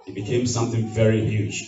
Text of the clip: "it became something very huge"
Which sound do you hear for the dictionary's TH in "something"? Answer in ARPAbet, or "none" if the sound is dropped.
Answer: TH